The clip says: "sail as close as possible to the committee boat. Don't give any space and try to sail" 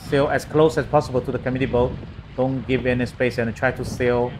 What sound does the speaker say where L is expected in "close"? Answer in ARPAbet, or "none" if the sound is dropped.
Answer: L